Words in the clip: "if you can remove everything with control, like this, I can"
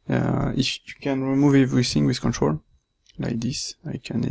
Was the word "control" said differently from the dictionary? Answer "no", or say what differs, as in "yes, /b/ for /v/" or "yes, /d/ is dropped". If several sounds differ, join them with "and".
no